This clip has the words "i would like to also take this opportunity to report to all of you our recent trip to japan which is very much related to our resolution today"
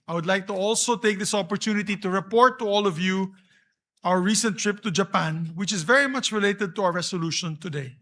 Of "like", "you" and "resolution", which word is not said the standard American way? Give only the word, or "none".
resolution